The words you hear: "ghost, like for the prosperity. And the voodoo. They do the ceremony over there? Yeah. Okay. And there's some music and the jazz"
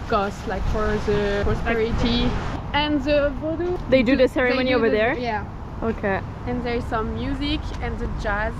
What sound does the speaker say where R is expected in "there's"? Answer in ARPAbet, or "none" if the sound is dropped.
R